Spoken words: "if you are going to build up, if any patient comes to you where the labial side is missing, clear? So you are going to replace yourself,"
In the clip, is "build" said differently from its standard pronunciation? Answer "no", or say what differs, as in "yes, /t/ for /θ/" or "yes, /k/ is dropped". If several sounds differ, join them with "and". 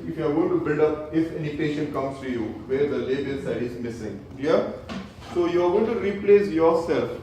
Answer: no